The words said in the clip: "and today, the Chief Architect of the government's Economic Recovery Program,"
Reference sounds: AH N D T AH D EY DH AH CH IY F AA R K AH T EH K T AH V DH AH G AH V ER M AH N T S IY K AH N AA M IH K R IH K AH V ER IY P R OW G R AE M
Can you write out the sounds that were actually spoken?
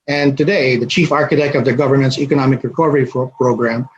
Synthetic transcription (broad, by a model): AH N T AH D EY DH AH CH IY F AA R K AH T EH K T AH V DH AH G AH V ER M AH N T S IY K AH N AA M IH K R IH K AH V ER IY P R OW G R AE M